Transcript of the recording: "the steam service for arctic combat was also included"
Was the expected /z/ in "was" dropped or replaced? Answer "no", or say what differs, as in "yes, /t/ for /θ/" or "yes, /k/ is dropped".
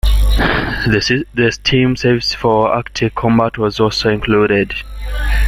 no